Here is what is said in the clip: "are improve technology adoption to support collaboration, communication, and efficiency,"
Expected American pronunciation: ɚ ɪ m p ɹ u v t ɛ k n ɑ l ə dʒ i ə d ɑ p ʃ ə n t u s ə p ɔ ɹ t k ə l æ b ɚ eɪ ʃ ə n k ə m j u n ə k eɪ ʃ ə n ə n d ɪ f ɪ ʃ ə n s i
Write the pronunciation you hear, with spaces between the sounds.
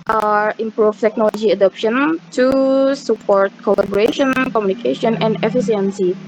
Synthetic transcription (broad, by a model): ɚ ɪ m p ɹ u f t ɛ k n ɑ l ə dʒ i ə d ɑ p ʃ ə n t u s ə p ɔ ɹ t k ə l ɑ b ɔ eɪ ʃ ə n k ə m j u n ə k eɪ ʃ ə n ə n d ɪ f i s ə n s i